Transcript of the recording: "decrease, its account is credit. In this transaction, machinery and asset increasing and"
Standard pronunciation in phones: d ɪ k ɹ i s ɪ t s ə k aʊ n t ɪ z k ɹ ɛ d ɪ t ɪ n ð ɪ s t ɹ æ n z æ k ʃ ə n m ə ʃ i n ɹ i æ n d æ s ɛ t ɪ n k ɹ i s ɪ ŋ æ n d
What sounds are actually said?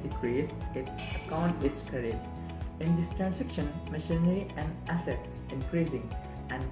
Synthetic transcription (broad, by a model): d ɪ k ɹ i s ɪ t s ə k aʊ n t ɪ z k ɛ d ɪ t ɪ n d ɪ s t ɹ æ n s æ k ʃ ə n m ə ʃ i n ɹ i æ n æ s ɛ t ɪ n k ɹ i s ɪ ŋ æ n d